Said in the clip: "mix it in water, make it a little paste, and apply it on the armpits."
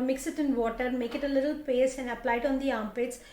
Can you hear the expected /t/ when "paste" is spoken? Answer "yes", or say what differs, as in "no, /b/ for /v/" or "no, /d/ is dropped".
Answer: no, /t/ is dropped